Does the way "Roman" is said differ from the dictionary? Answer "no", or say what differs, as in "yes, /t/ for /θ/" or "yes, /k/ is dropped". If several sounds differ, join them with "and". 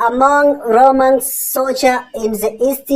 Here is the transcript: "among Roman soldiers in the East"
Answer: no